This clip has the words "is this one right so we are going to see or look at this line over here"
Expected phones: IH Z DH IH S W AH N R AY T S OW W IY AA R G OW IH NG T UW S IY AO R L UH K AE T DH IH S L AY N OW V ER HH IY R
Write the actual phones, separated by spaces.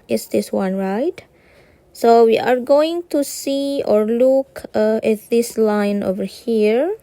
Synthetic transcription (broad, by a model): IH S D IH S W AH N R AY T S OW W IY AA R G OW IH NG T UW S IY AO R L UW K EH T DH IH S L AY N OW V ER HH IY R